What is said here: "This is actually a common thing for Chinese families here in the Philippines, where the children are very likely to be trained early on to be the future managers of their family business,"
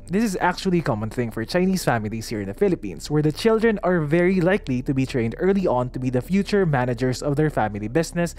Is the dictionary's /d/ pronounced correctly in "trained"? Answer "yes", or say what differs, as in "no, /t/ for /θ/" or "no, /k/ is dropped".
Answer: yes